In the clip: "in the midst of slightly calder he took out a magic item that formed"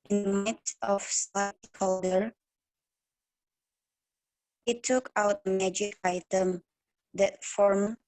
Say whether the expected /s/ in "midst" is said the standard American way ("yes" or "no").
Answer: no